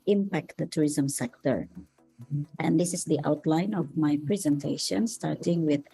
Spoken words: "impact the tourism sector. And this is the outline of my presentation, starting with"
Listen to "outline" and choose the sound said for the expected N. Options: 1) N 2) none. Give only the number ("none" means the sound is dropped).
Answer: 1